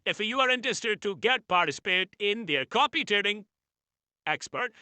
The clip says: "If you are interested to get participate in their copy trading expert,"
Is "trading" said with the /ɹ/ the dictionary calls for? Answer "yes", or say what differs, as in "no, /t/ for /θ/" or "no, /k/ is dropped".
no, /ɹ/ is dropped